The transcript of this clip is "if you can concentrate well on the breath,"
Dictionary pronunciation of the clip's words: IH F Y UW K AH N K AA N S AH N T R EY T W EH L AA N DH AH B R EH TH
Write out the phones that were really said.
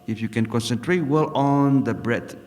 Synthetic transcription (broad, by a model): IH F Y UW K AH N K AA N S AH N T R EY T W EH L AA N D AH B R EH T